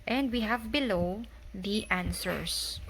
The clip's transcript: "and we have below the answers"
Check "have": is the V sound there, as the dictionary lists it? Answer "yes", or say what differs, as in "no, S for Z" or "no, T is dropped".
yes